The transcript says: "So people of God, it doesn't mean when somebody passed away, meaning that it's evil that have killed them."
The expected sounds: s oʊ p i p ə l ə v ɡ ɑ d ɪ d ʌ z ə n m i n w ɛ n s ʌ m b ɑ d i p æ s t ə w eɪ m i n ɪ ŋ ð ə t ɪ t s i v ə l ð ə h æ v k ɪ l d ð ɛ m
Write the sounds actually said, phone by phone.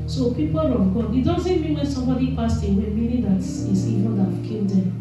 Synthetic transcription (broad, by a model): s oʊ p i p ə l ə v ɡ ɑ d ɪ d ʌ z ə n m i n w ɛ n s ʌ m b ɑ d i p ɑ s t ə w eɪ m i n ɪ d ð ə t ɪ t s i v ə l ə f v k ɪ n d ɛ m